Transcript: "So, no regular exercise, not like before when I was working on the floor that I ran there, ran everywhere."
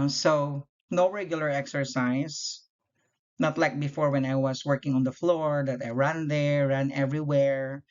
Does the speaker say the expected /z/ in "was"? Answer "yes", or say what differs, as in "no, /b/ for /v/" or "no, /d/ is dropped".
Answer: no, /s/ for /z/